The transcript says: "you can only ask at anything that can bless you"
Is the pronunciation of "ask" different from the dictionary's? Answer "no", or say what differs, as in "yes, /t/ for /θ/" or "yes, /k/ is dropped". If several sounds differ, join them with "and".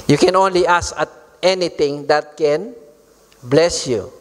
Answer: yes, /k/ is dropped